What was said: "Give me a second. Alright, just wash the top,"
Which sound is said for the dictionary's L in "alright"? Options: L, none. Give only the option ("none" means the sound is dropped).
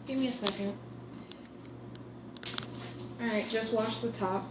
none